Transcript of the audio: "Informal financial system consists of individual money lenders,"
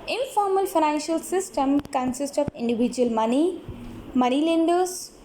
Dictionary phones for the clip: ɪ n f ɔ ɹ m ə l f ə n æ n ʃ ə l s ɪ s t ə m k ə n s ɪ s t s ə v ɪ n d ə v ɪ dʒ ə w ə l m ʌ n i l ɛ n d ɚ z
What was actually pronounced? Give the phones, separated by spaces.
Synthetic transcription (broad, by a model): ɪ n f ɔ ɹ m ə l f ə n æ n ʃ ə l s ɪ s t ə m k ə n s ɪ s t ə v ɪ n d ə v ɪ dʒ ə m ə n m ʌ n i l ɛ n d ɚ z